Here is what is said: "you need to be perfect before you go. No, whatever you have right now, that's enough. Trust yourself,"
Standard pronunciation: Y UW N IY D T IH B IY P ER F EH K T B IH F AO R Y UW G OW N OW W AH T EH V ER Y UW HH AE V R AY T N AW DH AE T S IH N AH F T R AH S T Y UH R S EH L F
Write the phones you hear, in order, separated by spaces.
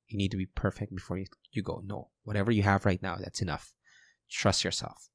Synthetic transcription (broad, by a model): Y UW N IY D T IH B IY P ER F EH K T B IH F AO R Y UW G OW N OW W AH T EH V ER Y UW HH AE V R AY T N AW DH AE T S IH N AH F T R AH S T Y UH R S EH L F